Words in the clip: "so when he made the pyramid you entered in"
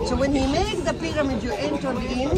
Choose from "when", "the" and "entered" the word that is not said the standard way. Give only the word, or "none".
entered